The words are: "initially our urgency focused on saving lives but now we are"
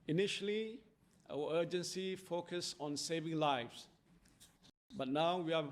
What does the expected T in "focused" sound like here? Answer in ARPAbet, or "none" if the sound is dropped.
none